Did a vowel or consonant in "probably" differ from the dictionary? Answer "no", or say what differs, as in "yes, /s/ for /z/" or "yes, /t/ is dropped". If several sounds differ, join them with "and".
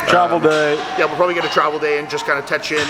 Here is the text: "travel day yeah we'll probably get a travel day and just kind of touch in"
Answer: no